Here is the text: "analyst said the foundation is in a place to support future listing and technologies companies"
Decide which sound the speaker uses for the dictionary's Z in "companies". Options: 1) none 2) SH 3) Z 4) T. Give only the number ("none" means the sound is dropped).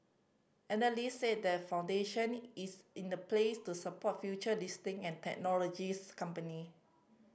1